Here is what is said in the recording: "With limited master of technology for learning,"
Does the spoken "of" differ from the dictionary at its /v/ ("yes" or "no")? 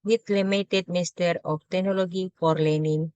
yes